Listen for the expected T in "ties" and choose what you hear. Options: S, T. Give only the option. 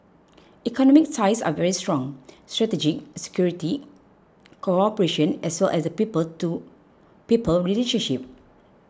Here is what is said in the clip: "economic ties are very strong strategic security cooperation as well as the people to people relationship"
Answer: S